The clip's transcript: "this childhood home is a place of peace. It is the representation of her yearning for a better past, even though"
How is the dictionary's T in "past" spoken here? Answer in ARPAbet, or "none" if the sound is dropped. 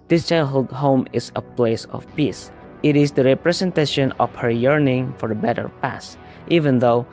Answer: T